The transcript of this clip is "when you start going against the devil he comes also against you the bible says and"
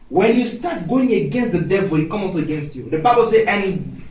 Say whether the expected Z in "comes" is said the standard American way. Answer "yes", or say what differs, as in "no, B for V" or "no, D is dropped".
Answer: no, Z is dropped